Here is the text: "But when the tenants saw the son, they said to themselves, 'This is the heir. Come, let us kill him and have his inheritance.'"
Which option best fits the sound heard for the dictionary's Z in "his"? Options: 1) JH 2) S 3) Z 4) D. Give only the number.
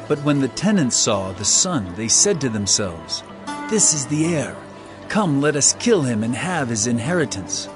3